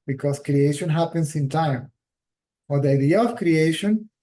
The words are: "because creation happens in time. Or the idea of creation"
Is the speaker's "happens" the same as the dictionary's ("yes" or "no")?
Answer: no